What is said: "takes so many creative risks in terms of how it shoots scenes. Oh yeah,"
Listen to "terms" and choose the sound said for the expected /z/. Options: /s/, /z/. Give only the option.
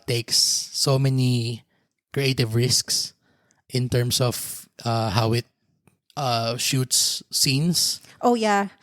/s/